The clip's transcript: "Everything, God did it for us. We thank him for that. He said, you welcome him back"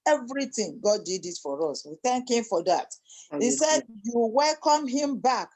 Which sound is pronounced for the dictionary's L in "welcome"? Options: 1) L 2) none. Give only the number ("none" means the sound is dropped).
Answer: 1